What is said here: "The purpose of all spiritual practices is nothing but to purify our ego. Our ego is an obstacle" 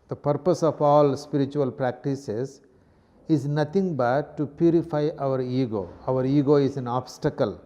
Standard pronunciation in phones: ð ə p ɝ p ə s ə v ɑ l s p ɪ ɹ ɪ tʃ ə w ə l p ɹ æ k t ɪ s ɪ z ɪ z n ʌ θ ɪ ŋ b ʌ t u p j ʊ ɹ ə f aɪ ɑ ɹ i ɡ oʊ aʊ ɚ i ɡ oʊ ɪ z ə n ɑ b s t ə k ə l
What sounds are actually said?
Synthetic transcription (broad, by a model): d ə p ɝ p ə s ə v ɑ l s p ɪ ɹ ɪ tʃ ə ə l p ɹ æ k t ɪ s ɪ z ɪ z n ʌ t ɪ ŋ b ʌ t u p j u ɹ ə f aɪ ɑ ɹ i ɡ oʊ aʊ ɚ i ɡ oʊ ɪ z ə n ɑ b s t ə k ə l